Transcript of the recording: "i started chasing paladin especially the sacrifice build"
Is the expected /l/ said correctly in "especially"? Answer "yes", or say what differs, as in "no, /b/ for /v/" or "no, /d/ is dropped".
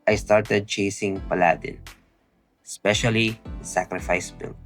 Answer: no, /l/ is dropped